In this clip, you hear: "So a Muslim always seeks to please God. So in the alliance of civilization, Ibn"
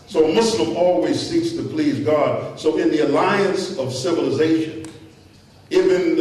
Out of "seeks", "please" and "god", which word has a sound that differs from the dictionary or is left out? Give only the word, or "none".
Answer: none